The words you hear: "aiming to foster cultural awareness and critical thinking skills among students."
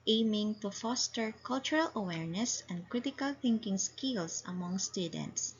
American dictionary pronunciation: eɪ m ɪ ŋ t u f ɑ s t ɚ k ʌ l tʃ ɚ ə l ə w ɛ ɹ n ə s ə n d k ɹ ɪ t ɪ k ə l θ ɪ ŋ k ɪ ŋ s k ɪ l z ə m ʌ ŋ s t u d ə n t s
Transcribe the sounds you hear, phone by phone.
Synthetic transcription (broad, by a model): eɪ m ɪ ŋ t u f ɑ s t ɚ k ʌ l tʃ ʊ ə l ə w ɛ ɹ n ə s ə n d k ɹ ɪ t ɪ k ə l θ ɪ ŋ k ɪ ŋ s k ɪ l s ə m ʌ ŋ s t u d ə n t s